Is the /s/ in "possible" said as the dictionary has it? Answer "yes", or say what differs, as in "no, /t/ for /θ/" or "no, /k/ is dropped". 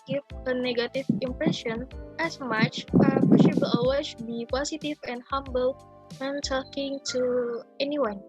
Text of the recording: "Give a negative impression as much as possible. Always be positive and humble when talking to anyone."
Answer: no, /ʃ/ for /s/